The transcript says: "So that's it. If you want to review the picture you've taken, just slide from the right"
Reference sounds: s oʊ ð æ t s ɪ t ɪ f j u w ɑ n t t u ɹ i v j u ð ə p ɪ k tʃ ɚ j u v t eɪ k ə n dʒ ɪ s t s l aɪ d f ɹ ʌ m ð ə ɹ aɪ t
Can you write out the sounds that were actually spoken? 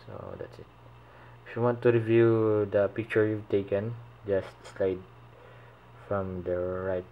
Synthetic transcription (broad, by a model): s oʊ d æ t s ɪ t ɪ f j u w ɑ n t t u ɹ i v j u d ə p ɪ k tʃ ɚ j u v t eɪ k ə n dʒ ɪ s t s l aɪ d f ɹ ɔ m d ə ɹ aɪ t